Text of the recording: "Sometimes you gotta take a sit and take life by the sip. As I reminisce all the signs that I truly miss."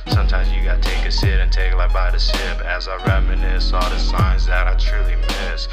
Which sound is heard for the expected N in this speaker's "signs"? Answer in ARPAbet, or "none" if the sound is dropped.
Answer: N